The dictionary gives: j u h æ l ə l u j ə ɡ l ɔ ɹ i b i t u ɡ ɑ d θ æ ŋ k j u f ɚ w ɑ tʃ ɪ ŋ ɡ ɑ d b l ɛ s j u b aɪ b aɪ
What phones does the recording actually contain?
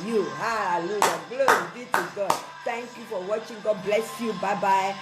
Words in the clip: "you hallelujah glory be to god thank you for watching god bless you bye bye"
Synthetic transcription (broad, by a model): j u h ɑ ə l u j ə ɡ l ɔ i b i t u ɡ ɑ d t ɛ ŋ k j u f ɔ w ɑ tʃ ɪ ŋ ɡ ɑ d b l ɛ s j u b aɪ b aɪ